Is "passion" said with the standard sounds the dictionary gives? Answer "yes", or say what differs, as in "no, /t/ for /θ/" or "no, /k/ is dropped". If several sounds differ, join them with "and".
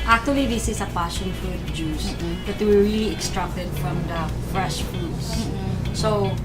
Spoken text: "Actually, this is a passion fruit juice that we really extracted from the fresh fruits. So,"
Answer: no, /l/ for /n/